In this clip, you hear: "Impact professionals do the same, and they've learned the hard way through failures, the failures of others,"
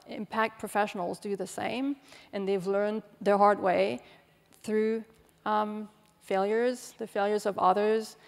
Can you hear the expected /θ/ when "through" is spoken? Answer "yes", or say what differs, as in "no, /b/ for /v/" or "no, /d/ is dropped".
yes